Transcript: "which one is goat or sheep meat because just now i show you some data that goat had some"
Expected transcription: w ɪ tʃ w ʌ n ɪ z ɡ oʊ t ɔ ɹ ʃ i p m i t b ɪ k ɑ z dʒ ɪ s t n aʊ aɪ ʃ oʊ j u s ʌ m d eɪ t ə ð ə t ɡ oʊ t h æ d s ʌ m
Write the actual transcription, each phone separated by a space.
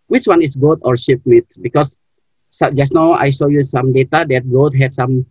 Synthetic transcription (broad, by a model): w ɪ tʃ w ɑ n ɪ s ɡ oʊ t ɔ ɹ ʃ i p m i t b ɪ k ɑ s dʒ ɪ s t n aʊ aɪ s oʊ j u s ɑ m d eɪ t ə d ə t ɡ oʊ t h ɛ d s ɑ m